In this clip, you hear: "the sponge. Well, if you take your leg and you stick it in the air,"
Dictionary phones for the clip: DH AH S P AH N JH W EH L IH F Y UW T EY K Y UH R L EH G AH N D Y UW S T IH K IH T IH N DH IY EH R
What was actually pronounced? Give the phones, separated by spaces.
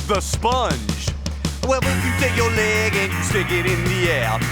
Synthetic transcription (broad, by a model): DH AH S P AH N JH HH EH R IH F Y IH T EY K Y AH R L EH G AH N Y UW S T IH K IH T IH N DH IY EH R